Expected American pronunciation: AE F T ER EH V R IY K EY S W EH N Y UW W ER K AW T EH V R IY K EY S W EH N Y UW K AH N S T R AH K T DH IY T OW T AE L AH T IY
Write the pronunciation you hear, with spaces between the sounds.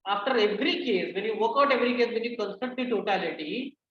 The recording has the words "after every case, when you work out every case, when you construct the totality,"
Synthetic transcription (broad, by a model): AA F T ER EH V R IY K EY S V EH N Y UW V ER K AW T EH V R IY K EY S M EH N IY K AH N S T AH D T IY T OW T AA L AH T IY